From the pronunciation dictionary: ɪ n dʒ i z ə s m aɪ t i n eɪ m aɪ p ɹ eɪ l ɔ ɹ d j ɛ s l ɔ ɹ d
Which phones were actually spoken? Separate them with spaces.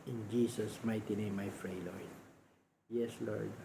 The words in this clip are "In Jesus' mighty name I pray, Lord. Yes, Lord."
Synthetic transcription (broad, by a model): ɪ n dʒ i s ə s m aɪ t i n eɪ m aɪ f ɹ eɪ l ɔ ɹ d j ɛ s l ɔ ɹ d